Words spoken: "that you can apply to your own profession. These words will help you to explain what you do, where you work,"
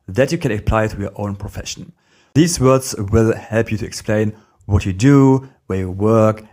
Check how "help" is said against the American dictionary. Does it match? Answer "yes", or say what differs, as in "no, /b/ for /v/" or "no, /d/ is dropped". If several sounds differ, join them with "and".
yes